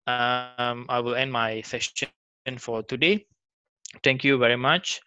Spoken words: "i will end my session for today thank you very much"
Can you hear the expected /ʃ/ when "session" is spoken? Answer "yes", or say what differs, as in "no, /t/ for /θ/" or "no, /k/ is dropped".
no, /s/ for /ʃ/